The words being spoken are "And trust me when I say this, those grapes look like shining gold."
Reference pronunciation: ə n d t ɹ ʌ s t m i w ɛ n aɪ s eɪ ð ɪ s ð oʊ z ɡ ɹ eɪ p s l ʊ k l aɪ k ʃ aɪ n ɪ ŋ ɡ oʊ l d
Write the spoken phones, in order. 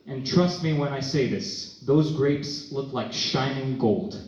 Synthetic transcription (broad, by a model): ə n t ɹ ʌ s t m i w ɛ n aɪ s eɪ ð ɪ s ð oʊ z ɡ ɹ eɪ p s l ʊ k l aɪ k ʃ aɪ n ɪ ŋ ɡ oʊ l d